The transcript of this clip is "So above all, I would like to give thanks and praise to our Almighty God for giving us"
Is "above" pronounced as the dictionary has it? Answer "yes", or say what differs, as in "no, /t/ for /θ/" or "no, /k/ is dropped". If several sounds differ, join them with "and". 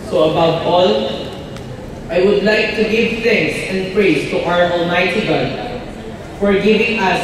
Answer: no, /p/ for /v/